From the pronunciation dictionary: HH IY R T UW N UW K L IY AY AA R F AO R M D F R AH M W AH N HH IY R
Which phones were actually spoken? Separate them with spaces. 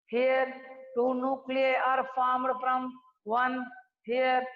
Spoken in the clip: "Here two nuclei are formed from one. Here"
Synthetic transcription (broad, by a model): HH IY R T UW N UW K L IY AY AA R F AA M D P R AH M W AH N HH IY R